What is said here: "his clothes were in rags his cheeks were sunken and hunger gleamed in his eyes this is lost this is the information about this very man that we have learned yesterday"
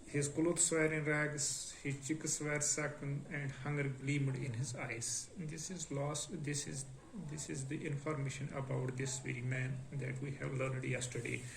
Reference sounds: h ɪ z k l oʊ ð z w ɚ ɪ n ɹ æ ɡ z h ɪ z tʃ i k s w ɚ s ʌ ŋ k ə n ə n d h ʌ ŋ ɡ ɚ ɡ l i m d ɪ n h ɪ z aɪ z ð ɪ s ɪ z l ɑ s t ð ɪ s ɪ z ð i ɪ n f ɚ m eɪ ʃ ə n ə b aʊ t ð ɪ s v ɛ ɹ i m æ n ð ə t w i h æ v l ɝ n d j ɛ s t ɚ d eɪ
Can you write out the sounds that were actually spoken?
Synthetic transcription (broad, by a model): h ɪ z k l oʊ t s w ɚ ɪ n ɹ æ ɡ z h ɪ z tʃ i k s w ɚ s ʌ k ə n ə n d h ʌ ŋ ɡ ɚ ɡ l i m d ɪ n h ɪ z aɪ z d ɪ s ɪ z l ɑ s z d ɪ s ɪ z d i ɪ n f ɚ m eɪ ʃ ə n ə b aʊ t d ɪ s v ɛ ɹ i m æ n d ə t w i h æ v l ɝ n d j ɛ s t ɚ d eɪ